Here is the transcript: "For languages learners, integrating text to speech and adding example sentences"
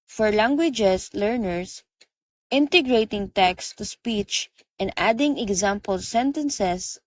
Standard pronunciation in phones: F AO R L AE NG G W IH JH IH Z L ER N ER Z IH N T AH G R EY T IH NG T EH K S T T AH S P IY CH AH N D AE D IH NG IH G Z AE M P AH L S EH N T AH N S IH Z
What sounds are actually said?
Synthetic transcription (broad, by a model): F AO R L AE NG G W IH JH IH S L ER N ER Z IH N T AH G R EY T IH NG T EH K S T T AH S P IY CH AH N D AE D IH NG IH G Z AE M P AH L S EH N T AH N S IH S